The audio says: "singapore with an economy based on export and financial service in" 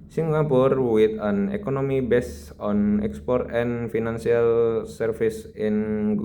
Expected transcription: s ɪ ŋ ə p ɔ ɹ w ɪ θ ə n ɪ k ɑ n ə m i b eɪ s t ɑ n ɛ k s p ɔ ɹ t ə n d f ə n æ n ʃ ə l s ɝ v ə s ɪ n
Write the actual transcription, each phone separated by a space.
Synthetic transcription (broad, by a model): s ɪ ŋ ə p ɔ ɹ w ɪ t ə n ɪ k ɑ n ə m i b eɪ s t ɑ n ɛ k s p ɔ ɹ t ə n f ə n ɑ n s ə l s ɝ f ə s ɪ n